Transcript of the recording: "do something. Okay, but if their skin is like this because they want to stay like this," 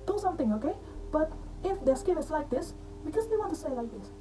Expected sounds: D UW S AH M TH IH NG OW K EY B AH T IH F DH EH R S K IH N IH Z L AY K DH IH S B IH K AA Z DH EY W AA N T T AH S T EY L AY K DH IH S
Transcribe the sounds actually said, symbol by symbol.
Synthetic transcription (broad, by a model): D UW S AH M T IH NG OW K EY B AH T IH F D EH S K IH IH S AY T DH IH S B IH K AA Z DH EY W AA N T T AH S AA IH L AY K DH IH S